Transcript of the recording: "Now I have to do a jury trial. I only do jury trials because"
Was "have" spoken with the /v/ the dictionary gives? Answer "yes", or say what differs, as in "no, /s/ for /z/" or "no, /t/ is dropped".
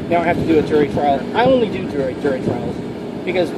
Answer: no, /f/ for /v/